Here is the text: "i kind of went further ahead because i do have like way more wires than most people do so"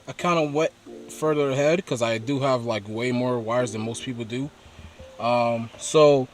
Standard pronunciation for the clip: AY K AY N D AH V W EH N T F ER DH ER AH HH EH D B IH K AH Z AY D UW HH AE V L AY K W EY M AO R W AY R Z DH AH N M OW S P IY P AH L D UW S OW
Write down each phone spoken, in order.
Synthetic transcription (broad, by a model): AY K AY N D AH W EH T F ER DH ER AH HH EH D K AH Z AY D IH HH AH V L AY K W EY M AO R W AY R Z DH AH N M OW S P IY P L D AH S OW